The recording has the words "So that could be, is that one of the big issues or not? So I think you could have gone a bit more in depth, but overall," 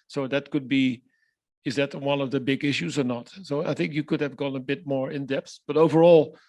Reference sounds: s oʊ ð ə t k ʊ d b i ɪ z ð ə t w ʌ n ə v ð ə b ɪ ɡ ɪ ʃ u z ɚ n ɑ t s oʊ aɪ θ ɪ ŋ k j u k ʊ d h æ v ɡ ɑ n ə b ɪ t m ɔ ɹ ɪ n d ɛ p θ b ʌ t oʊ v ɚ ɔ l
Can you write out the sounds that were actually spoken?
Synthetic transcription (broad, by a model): s oʊ ð ə t k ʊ d b i ɪ z ð ə t w ʌ n ə v ð ə b ɪ ɡ ɪ ʃ u z ɚ n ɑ t s oʊ aɪ θ ɪ ŋ k j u k ʊ d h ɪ v ɡ ɑ n ə b ɪ t m ɔ ɹ ɪ n d ɛ p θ b ʌ t oʊ v ɚ ɔ l